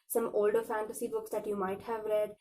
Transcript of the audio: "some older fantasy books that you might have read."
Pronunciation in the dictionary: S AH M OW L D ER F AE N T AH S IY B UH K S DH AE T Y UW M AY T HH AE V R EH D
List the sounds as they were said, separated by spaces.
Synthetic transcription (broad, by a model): S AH M OW L D ER F AE N T AH S IY B UH K S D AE T Y UW M AY T HH AE V R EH D